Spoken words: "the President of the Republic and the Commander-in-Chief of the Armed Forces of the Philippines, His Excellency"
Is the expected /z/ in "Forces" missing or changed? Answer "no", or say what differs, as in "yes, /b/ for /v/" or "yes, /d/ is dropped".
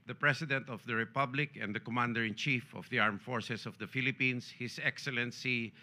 yes, /s/ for /z/